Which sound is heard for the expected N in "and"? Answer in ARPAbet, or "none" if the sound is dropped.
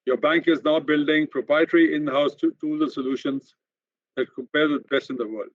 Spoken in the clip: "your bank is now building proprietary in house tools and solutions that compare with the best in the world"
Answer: L